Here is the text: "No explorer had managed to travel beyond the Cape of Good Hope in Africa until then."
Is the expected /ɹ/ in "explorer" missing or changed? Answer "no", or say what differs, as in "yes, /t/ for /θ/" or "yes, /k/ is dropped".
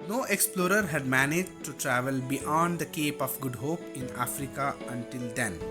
no